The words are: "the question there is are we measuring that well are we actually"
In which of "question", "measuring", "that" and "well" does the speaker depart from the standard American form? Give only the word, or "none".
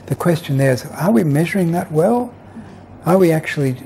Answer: none